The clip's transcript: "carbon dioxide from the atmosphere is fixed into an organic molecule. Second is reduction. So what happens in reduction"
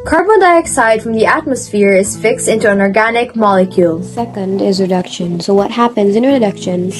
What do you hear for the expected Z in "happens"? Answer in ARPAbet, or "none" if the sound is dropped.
Z